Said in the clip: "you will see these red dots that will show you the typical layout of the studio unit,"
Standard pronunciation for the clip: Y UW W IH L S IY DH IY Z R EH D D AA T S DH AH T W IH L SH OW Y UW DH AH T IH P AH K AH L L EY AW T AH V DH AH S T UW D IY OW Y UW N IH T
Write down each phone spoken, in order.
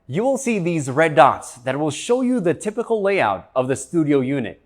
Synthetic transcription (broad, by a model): Y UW W IH L S IY DH IY Z R EH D D AA T S DH AH T W IH L SH OW Y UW DH AH T IH P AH K L L EY AW T AH V DH AH S T UW D IY OW Y UW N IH T